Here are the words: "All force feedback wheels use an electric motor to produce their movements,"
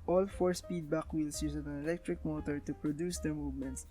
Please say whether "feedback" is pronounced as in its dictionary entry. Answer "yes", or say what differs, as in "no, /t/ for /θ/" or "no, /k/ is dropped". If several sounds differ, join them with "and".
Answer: no, /p/ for /f/